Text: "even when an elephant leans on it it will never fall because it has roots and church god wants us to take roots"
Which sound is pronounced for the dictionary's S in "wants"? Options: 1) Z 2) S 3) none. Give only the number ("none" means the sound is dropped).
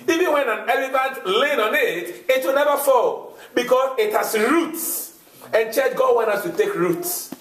3